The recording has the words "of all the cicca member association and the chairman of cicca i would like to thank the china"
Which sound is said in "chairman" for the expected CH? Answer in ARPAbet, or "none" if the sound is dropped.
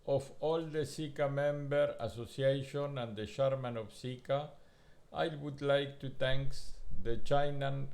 SH